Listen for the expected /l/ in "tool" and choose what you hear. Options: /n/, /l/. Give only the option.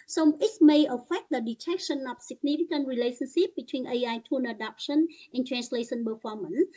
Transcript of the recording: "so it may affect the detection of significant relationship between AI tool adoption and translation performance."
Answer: /n/